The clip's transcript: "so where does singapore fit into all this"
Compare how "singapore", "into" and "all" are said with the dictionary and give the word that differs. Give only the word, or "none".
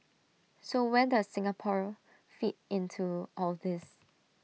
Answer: none